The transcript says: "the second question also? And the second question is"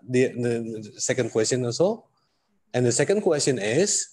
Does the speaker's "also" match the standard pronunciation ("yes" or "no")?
no